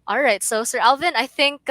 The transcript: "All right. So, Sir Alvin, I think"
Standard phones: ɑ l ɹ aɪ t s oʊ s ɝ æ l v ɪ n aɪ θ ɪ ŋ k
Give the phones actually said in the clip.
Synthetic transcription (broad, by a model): ɑ l ɹ aɪ t s oʊ s ɝ æ l v ɪ n aɪ θ ɪ ŋ k